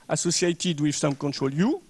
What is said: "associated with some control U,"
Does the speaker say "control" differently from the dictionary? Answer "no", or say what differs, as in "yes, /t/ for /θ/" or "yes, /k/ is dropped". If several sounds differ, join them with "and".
no